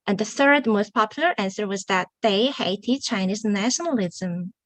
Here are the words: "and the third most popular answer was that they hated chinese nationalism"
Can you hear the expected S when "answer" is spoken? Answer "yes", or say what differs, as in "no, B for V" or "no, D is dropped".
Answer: yes